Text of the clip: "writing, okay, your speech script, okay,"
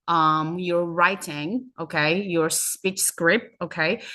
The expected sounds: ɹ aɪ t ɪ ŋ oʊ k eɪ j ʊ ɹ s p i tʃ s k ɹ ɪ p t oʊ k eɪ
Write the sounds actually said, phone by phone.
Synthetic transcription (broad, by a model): ɹ aɪ t ɪ ŋ oʊ k eɪ j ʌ ɹ s p i tʃ s k ɹ ɪ p t oʊ k eɪ